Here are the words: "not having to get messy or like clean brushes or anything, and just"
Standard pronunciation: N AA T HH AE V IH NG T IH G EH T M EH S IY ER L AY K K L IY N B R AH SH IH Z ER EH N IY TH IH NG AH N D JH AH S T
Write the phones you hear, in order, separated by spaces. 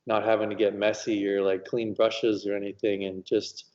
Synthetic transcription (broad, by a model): N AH T HH AE V IH NG T IH G EH T M EH S IY ER L AY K K L IY N B R AH SH IH Z ER EH N IY TH IH NG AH N JH AH S T